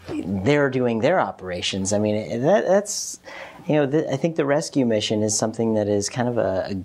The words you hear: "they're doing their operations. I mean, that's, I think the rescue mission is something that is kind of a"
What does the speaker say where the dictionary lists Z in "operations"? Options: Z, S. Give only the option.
Z